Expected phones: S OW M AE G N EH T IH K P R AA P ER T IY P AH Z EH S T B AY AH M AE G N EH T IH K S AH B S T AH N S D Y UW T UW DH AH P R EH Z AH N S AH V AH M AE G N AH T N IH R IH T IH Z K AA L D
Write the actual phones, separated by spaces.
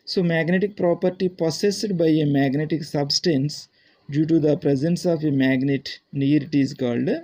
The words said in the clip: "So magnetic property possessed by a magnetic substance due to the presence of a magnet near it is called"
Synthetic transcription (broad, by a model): S OW M AE G N EH T IH K P R AA P ER T IY P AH S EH S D B AY AH M AE G N EH T IH K S AH B S T AH N S D Y UW T UW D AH P R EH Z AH N S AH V AH M AE G N AH T N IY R IH T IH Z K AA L D